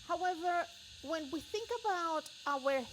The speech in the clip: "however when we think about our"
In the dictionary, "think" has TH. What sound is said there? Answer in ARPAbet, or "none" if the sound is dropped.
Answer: TH